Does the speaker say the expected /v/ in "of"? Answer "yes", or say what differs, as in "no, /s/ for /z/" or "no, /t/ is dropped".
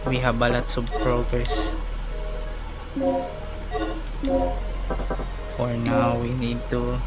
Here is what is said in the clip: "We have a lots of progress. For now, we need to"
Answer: no, /b/ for /v/